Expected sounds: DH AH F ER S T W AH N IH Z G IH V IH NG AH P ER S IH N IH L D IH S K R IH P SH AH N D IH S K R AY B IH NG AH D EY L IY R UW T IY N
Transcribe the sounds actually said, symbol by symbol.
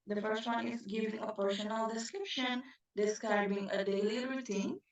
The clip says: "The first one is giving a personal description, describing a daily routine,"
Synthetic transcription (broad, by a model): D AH F ER S T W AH N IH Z G IH V IH NG AH P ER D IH N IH N D IH S K R IH P SH AH N D IH S K R AY B IH NG AH D EY L IY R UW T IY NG